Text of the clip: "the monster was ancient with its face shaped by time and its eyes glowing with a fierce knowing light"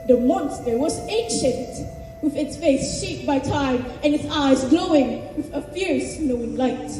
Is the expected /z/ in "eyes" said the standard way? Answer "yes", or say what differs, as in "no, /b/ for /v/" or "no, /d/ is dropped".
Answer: yes